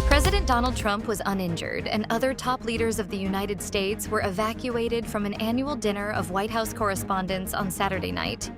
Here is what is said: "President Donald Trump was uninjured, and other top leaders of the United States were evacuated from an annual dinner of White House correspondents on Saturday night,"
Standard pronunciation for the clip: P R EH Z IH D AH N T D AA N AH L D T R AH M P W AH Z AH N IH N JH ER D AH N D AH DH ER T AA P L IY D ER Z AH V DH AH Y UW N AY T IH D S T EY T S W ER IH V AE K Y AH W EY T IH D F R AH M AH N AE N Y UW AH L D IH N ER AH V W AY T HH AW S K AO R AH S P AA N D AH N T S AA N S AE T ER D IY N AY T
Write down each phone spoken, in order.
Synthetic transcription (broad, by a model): P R EH Z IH D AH N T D AA N L D T R AH M P W AH Z AH N IH N JH ER D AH N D AH DH ER T AA P L IY D ER Z AH V DH AH Y UW N AY T IH D S T EY T S W ER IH V AE K Y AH EY T IH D F R AH M AH N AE N Y UW L D IH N ER AH V W AY T HH AW S K AO R AH S P AA N D AH N T S N S AE T ER D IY N AY T